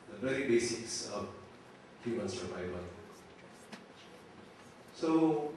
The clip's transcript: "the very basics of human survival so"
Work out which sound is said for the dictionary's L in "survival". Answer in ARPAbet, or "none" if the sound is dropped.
N